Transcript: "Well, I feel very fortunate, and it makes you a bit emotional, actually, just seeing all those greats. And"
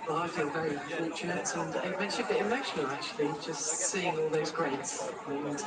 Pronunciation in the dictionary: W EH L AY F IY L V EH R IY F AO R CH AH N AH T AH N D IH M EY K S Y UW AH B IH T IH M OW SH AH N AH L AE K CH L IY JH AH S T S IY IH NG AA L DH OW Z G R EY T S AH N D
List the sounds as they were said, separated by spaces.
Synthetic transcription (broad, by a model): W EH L AY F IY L V EH R IY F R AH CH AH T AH N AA IH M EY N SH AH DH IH IH M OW SH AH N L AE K CH L IY JH AH S T S IY IH NG AA L DH OW Z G R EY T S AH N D